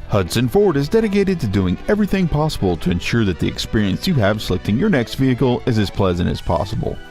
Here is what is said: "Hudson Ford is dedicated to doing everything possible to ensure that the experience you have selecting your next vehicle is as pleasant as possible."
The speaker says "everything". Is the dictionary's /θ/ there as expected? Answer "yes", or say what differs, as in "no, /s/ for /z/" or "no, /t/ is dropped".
yes